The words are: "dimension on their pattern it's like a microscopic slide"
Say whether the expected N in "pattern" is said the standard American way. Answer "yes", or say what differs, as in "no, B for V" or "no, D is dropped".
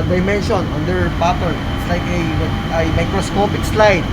no, N is dropped